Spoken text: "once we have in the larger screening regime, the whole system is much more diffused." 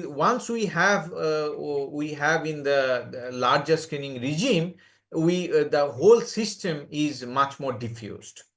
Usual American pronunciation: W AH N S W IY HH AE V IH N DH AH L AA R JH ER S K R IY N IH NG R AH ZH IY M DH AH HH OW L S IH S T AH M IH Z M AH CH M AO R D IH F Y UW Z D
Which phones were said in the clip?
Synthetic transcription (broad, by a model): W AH N S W IY HH AE V IH N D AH L AA R JH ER S K IY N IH NG R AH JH IY M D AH HH OW L S IH S T AH M IH Z M AH CH M AO R D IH F Y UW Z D